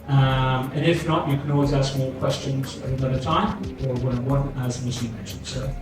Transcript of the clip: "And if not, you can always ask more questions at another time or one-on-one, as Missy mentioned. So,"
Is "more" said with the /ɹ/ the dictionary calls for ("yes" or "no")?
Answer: no